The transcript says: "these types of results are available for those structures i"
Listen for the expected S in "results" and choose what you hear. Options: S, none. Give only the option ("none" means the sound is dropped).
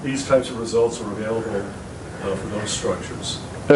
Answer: S